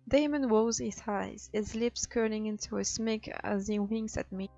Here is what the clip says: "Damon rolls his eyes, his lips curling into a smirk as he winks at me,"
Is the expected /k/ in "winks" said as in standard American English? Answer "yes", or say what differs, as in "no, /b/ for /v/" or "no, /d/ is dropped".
no, /k/ is dropped